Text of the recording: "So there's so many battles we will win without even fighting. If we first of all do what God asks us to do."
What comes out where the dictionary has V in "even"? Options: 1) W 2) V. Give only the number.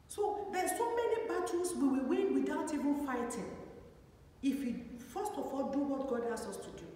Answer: 2